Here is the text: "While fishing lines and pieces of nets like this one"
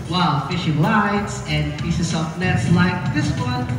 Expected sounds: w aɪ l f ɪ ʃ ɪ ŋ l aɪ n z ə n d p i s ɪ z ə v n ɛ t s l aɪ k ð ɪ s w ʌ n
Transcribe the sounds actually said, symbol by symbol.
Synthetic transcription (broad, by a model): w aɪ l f ɪ ʃ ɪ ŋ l aɪ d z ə n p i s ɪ s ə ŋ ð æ t s l aɪ k ð ɪ s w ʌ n